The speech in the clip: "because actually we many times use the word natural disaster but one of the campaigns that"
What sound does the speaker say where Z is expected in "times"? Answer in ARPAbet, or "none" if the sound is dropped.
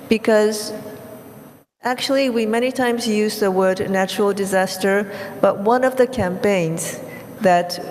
Z